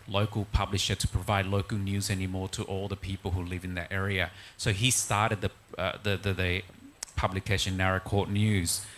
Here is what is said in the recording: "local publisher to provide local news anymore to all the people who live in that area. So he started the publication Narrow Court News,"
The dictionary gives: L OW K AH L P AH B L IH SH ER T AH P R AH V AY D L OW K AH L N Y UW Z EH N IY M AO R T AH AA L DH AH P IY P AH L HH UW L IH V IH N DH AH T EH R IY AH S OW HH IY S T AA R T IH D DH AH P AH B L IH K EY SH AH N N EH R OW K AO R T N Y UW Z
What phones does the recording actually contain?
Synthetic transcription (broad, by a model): L OW K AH L P AH B L IH SH ER T AH P R AH V AY D L OW K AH L N Y UW Z EH N IY M AO R T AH AA L DH AH P IY P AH L HH UW L IH V IH N DH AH T EH R IY AH S OW IY S T AA R T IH D DH AH P AH B L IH K EY SH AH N N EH R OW K AO R T N Y UW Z